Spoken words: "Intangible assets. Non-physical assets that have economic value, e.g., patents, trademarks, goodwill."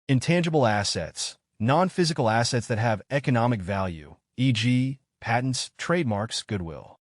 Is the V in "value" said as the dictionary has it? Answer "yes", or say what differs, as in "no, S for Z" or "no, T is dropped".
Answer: yes